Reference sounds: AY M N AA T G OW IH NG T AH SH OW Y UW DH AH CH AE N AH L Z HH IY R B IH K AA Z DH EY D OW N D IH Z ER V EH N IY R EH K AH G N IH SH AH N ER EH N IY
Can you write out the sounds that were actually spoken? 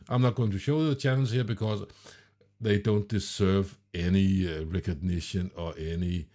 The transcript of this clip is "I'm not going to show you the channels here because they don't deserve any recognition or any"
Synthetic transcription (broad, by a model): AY M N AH T G OW IH NG T AH SH OW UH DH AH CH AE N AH N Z HH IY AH B IH K AA Z DH EY D OW N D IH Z ER V EH N IY R EH K AH G N IH SH AH N ER EH N IY